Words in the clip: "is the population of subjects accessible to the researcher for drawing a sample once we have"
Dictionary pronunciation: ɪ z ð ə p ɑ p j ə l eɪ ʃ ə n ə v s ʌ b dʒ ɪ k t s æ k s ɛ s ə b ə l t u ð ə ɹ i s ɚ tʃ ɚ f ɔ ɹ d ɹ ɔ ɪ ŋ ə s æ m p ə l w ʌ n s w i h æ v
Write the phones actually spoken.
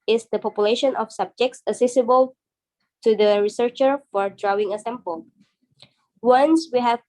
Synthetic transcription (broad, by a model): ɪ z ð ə p ɑ p j ə l eɪ ʃ ə n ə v s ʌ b dʒ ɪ k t s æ s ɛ s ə b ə l t u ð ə ɹ i s ɚ tʃ ɚ f ɔ ɹ d ɹ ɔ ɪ ŋ ə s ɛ m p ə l w ʌ n s w i h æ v